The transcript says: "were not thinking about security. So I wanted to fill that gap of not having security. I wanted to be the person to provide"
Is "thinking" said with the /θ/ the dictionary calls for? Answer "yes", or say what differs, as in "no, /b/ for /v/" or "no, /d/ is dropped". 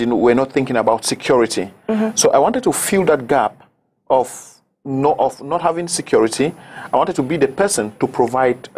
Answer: yes